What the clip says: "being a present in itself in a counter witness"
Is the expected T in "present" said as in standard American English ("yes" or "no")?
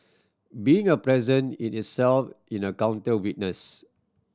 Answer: no